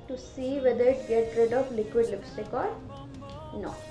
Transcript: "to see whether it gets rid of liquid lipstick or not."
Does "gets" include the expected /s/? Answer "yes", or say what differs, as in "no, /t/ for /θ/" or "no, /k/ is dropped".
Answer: no, /s/ is dropped